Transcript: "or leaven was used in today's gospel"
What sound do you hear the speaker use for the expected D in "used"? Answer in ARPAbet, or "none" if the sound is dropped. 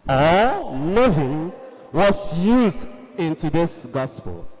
D